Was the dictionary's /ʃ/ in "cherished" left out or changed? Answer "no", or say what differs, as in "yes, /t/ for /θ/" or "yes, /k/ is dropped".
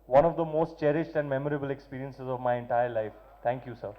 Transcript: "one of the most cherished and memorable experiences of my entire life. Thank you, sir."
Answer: no